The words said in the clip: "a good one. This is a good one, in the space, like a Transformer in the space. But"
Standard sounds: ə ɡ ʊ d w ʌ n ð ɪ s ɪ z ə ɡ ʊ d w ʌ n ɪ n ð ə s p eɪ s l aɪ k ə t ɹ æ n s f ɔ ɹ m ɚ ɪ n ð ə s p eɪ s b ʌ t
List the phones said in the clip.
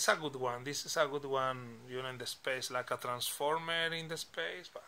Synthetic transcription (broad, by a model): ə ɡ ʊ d w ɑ n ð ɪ s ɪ s ə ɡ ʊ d w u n ɪ n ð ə s p eɪ s l aɪ k ə t ɹ æ n s f ɔ ɹ m ɚ ɪ n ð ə s p eɪ s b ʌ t